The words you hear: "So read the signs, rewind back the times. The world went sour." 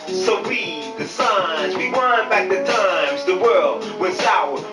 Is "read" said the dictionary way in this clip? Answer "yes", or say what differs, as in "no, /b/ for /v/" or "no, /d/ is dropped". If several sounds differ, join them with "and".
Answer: no, /w/ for /ɹ/